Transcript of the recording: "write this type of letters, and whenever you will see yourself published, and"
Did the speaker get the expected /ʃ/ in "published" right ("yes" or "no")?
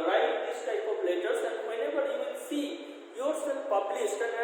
no